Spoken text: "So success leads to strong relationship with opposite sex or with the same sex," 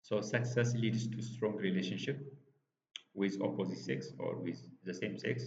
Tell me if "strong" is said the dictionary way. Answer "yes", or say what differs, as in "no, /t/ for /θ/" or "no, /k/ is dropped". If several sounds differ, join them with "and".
yes